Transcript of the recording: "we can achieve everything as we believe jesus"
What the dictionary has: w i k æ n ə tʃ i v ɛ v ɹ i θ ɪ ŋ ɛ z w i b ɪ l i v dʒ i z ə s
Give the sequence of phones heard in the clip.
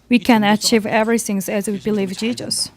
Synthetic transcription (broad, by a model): w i k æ n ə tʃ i v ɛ v ɹ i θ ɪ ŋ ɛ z w i b ɪ l i v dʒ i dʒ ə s